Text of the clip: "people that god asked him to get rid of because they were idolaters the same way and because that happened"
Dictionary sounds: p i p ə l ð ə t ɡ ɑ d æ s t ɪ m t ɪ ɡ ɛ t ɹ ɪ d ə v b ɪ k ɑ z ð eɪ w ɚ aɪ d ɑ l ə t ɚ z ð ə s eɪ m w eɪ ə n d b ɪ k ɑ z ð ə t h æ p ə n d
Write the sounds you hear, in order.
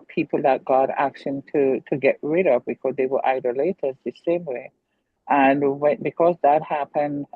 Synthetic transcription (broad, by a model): p i p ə l ð ə t ɡ ɑ d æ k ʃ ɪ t t ɪ ɡ ɛ t ɹ ɪ d ə v b ɪ k ɑ z ð eɪ w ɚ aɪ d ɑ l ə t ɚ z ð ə s eɪ m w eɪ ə n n b ɪ k ɑ z ð ə t h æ p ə n d